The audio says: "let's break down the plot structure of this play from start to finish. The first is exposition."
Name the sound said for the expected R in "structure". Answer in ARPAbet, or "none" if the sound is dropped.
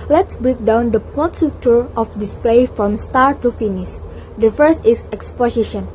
none